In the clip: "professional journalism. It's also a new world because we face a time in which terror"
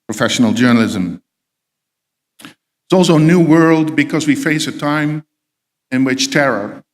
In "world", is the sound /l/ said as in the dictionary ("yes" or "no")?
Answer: yes